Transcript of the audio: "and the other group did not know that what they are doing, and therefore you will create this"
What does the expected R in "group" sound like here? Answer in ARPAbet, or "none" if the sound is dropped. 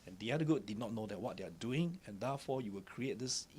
none